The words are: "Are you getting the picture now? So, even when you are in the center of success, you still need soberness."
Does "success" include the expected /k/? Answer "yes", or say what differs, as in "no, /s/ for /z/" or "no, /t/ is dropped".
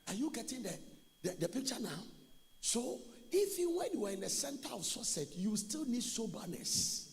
no, /k/ is dropped